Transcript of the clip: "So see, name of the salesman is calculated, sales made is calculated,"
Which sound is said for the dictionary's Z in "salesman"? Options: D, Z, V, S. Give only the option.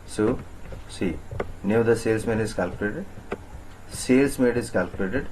S